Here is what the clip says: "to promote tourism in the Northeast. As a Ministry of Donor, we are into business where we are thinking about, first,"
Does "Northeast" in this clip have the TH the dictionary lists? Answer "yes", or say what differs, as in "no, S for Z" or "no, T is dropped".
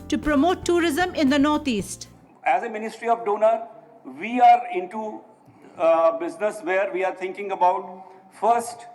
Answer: no, T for TH